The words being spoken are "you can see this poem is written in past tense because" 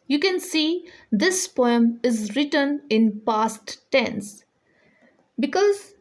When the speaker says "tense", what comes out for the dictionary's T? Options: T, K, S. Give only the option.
T